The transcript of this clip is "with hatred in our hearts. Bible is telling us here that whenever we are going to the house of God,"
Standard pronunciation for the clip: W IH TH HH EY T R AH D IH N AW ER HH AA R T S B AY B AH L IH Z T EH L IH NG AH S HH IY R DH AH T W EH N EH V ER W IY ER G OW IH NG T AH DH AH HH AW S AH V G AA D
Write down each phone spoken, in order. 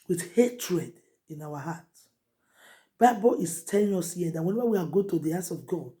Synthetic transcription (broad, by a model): W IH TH HH EY T R AH D IH N AW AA HH AA T B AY B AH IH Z T EH L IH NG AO S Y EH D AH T W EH N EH V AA W IY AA G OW T AH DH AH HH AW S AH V G AA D